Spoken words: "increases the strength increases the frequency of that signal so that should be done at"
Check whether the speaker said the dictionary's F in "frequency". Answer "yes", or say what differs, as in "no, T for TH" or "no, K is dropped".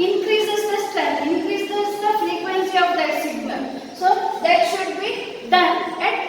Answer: yes